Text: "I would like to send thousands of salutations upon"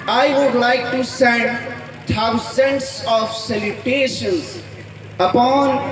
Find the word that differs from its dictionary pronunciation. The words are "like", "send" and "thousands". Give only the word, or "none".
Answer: thousands